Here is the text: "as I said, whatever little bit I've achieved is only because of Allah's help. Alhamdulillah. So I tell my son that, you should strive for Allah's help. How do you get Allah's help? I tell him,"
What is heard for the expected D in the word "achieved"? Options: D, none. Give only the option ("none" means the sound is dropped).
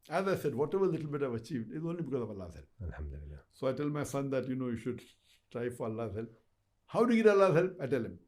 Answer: D